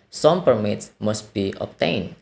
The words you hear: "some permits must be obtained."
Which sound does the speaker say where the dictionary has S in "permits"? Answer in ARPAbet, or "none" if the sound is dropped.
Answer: S